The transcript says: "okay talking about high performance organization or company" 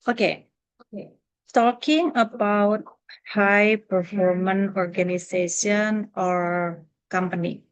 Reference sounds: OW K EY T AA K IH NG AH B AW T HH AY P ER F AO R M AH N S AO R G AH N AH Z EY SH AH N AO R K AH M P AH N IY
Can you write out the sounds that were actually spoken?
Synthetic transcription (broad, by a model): OW K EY T AA K IH NG AH B AW T HH AY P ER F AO R M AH N AO R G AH N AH S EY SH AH N AO R K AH M P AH N IY